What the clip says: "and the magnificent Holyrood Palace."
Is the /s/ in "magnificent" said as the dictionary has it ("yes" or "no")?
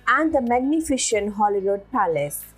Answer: no